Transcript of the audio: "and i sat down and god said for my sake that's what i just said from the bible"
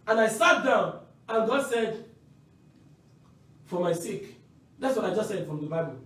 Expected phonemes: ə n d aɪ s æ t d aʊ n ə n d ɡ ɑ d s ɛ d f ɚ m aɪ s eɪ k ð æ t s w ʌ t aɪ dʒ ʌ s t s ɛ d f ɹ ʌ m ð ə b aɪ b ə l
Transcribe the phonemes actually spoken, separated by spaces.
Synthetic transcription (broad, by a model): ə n aɪ s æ t d aʊ n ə n ɡ ɑ d s ɛ d f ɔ m aɪ s eɪ k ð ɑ t s w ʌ t aɪ dʒ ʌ s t s ɛ d f ɹ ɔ m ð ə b aɪ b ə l